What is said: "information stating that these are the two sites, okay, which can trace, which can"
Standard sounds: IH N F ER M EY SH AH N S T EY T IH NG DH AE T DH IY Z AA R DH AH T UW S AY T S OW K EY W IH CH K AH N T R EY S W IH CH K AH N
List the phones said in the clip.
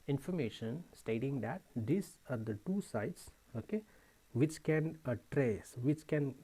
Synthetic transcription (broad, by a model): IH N F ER M EY SH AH N S T EY T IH NG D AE T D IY S AA R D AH T UW S AY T S OW K EY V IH CH K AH N T R EY S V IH CH K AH N